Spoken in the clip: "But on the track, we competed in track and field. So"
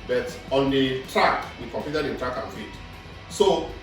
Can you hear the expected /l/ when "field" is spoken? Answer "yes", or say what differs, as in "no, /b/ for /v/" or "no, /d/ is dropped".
no, /l/ is dropped